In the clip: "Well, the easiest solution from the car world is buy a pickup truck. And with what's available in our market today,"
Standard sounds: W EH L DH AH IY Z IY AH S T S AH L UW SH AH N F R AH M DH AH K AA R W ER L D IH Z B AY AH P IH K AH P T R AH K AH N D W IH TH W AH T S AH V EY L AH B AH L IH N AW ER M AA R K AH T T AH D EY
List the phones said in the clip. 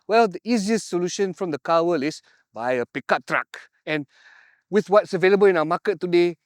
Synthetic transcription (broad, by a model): W EH L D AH IY Z IY AH S T S AH L UW SH AH N F R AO M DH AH K AA W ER L IH S B AY AH P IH K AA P T R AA K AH N W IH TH W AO T S AH V EY L AH B AH L IH N AW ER M AA K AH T T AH D EY